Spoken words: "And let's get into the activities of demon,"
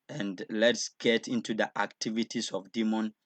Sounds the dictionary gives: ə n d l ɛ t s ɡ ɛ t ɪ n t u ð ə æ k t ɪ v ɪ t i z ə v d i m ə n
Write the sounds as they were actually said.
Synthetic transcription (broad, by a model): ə n d l ɛ t s ɡ ɛ t ɪ n t u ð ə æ k t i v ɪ t i s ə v d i m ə n